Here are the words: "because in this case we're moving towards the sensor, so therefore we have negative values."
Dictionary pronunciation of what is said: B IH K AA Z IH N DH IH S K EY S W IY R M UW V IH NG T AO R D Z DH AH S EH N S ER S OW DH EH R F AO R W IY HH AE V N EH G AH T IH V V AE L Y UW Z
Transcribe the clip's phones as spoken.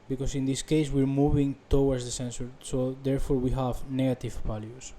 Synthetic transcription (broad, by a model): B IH K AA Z IH N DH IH S K EY S W IY R M UW V IH NG T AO W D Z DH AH S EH N S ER S OW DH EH R F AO R W IY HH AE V N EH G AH T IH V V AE L Y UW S